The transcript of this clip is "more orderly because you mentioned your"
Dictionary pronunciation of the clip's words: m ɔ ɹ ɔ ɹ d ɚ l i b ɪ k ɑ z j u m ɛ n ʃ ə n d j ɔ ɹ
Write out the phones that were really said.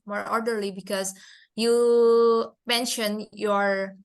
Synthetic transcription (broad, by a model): m ɔ ɹ ɔ ɹ d ɚ l i b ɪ k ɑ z j u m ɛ n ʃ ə n j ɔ ɹ